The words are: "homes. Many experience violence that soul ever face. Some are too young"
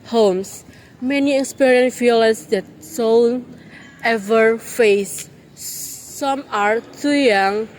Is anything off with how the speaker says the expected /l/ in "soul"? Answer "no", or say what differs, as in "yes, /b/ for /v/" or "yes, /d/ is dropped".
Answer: yes, /n/ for /l/